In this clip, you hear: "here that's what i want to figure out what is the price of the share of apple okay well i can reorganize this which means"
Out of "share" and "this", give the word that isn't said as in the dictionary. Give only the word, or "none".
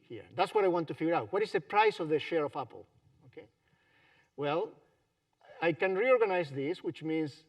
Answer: none